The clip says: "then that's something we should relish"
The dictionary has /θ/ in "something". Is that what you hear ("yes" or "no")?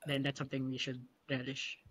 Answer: yes